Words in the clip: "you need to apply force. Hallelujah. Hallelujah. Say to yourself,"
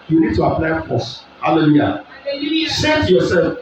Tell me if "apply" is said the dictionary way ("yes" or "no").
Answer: yes